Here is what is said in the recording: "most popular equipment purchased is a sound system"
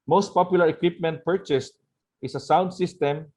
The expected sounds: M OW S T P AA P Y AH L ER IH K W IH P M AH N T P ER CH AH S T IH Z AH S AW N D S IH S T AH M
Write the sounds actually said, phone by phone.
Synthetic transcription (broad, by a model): M OW S T P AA P Y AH L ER IH K W IH P M AH N T P ER CH AH S T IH S AH S AW N D S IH S T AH M